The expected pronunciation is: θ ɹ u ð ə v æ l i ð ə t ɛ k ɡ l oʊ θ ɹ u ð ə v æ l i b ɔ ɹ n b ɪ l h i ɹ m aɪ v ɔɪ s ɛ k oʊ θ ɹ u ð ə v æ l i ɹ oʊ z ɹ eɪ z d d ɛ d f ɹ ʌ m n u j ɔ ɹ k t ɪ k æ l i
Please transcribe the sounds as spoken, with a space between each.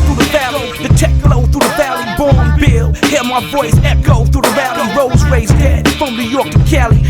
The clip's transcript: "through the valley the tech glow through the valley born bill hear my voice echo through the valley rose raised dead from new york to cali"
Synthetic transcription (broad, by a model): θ ɹ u ð ə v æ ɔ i ð ə t ɛ k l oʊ θ ɹ u ð ə v æ l i b ɔ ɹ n b ɪ l h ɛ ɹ m aɪ v ɔɪ s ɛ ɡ oʊ θ ɹ u ð ə v æ l i ɹ oʊ z ɹ eɪ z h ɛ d f ɹ ʌ m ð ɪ j ɔ ɹ k t ɪ k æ l i